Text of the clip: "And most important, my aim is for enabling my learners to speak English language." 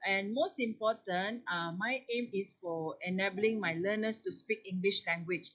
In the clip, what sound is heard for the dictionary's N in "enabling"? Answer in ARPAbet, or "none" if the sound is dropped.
N